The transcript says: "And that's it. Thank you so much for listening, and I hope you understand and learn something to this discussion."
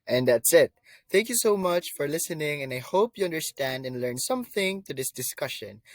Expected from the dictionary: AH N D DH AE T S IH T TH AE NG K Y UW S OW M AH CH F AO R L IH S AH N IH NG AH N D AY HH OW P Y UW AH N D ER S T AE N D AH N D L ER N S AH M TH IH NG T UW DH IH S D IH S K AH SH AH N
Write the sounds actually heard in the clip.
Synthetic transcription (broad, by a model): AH N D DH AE T S IH T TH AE NG K Y UW S OW M AH CH F AO R L IH S AH N IH NG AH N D AY HH OW P Y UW AH N D ER S T AE N D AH N L ER N S AH M TH IH NG T UW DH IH S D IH S K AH SH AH N